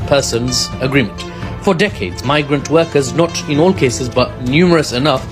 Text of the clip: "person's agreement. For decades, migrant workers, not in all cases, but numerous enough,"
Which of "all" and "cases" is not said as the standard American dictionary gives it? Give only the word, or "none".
none